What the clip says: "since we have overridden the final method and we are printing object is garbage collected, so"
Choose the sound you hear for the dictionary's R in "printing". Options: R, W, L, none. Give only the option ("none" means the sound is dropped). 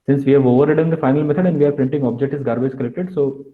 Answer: R